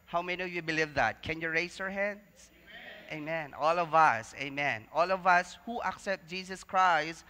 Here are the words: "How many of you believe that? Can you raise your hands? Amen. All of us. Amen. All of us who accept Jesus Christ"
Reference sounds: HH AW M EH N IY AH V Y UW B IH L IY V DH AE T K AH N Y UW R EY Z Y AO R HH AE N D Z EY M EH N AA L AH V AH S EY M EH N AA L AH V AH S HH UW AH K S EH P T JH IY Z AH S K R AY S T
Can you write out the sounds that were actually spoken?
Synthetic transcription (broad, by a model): HH AW M EH N IY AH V Y UW B IH L IY V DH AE T K AH N Y UW R EY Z Y AO R HH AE N D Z EY M EH N AA L AH V AH S EY M EH N AA L AH V AH S HH UW AH K S EH P T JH IY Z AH S K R AY S T